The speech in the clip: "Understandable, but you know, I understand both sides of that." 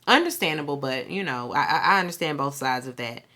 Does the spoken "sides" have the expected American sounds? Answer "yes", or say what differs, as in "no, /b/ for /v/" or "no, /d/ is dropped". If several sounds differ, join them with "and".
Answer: yes